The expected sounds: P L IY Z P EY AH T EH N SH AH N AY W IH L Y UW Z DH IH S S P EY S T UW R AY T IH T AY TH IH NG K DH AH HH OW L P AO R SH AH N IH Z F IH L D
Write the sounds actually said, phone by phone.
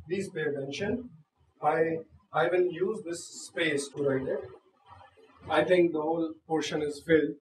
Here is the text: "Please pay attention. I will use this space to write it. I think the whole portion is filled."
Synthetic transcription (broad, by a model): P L IY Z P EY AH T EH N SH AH N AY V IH N Y UW Z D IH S S P EY S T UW R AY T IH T AY T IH NG K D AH HH OW L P AO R SH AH N IH Z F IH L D